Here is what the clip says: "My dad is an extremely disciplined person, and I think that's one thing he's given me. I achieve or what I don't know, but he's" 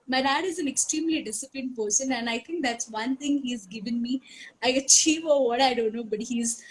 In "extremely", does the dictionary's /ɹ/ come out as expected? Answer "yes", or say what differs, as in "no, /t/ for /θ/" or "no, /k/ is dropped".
yes